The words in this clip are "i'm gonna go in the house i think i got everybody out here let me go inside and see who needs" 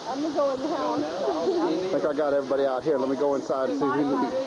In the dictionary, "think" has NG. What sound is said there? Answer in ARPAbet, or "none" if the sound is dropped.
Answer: none